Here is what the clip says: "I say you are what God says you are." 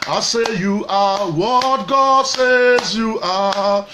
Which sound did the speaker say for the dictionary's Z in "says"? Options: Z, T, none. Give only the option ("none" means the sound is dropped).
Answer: Z